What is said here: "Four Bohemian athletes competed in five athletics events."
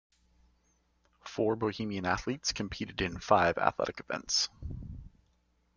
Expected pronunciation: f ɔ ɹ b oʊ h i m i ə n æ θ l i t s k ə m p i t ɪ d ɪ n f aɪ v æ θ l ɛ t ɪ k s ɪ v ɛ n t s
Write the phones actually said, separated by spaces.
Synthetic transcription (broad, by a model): f ɔ ɹ b oʊ h i m i ə n æ θ l i t s k ə m p i t ɪ d ɪ n f aɪ v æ θ l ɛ t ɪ k ɪ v ɛ n t s